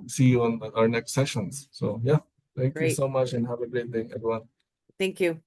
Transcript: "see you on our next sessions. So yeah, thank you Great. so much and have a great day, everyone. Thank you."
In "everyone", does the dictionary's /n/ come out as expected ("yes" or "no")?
no